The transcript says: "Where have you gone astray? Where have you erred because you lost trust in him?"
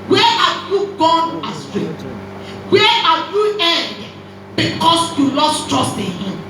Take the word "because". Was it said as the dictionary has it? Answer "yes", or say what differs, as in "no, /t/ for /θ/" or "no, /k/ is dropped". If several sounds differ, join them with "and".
no, /s/ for /z/